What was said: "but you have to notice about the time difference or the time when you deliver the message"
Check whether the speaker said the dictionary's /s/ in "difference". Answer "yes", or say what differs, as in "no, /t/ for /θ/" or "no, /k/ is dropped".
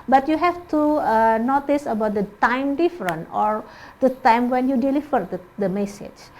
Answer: no, /s/ is dropped